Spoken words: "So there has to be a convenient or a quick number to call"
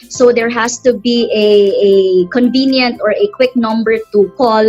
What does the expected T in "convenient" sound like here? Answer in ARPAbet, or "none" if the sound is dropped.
T